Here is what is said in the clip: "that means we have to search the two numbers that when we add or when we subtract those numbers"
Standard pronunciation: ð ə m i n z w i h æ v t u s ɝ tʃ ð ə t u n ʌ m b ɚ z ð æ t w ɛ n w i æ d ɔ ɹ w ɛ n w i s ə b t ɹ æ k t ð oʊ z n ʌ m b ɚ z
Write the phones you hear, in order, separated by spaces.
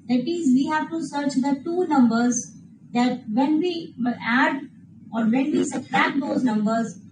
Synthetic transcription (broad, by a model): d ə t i z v i h æ v t u s ɝ tʃ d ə t u n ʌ m b ɚ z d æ t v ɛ n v i æ d ɔ ɹ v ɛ n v i s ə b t æ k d oʊ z n ʌ m b ɚ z